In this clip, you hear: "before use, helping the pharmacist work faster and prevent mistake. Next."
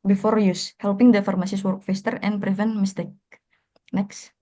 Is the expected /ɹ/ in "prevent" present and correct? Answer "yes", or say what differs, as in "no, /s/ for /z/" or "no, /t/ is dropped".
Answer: yes